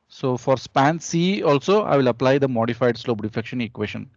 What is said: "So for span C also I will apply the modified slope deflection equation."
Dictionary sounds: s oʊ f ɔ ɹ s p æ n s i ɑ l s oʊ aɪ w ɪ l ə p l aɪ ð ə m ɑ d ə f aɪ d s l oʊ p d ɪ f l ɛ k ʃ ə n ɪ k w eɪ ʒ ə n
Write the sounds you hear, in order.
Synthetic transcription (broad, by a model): s oʊ f ɔ ɹ s p æ n s i ɑ l s oʊ aɪ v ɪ l ə p l aɪ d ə m ɑ d ə f aɪ d s l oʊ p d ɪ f ɛ k ʃ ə n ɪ k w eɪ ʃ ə n